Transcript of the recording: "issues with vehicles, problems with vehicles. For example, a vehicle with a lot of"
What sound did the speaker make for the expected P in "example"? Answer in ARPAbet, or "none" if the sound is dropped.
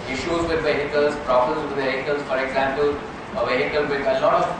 P